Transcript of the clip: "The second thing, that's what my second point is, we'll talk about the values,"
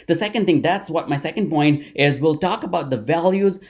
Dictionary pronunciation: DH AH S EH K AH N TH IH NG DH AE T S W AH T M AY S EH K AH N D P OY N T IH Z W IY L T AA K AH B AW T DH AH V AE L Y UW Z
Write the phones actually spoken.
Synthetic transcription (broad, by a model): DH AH S EH K AH N T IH NG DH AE T S W AH T M AY S EH K AH N D P OY N T IH Z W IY L T AA K AH B AW T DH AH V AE L Y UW Z